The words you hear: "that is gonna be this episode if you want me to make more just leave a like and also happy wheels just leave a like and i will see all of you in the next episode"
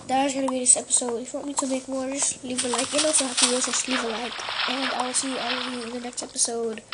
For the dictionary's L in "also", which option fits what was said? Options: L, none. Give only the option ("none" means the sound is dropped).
none